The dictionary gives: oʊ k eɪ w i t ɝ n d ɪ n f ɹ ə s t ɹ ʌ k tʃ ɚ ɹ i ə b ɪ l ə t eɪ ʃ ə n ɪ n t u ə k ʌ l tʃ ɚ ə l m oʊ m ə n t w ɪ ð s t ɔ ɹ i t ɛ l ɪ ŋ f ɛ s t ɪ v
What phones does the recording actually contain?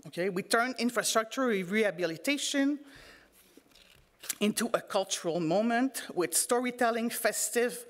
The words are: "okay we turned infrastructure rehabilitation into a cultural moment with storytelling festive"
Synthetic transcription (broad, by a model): oʊ k eɪ w i t ɝ n ɪ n f ɹ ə s t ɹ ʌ k tʃ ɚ ɹ i ə b ɪ l ə t eɪ ʃ ə n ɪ n t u ə k ʌ l tʃ ɚ ə l m oʊ m ə n t w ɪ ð s t ɔ ɹ i t ɛ l ɪ ŋ f ɛ s t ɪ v